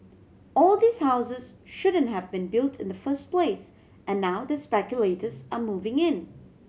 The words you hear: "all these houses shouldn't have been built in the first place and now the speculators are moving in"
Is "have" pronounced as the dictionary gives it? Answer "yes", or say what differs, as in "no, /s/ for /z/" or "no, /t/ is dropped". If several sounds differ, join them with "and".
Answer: yes